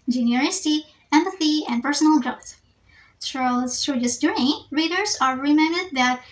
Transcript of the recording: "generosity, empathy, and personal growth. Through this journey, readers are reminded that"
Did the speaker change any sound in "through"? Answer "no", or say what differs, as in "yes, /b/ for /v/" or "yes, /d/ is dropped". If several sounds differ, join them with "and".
yes, /s/ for /θ/